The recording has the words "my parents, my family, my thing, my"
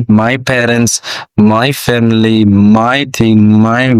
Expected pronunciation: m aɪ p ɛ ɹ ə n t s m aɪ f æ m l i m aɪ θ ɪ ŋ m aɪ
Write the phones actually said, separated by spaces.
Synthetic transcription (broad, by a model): m aɪ p ɛ ɹ ə n t s m aɪ f æ m l i m aɪ t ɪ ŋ m aɪ